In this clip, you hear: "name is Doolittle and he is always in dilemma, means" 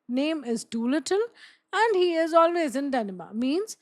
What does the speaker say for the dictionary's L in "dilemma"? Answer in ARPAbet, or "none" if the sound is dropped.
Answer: N